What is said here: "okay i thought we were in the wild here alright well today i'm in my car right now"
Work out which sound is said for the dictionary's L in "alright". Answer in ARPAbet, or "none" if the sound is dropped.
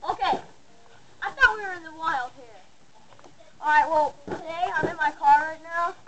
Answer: none